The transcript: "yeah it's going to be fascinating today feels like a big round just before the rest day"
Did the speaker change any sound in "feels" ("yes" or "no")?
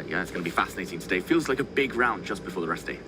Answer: no